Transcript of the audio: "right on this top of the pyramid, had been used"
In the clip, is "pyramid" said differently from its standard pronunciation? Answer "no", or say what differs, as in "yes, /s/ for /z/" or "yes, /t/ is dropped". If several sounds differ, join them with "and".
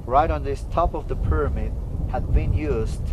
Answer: no